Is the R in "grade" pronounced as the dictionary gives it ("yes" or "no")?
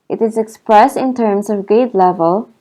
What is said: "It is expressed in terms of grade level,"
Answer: no